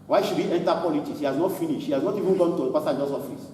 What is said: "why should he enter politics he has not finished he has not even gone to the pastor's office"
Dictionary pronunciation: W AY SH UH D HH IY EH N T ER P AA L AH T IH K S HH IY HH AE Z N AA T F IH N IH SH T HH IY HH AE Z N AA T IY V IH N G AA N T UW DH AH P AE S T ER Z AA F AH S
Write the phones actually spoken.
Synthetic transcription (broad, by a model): W AY SH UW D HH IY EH N T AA P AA L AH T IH K S HH IY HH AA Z N AA T F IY N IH SH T HH IY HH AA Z N AA T IY V IH N G AA N T UW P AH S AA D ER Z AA F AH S